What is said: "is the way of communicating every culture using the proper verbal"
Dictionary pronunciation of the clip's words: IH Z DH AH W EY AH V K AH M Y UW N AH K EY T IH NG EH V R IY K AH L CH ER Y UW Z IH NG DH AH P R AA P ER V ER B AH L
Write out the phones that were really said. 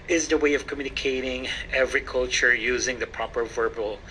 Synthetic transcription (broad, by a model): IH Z DH AH W EY AH V K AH M Y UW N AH K EY T IH NG EH V R IY K AH L CH ER Y UW Z IH NG DH AH P R AA P ER V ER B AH L